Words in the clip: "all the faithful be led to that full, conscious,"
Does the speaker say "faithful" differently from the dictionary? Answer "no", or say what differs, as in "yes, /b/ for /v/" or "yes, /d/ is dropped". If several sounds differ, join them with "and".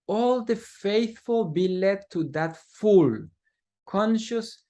no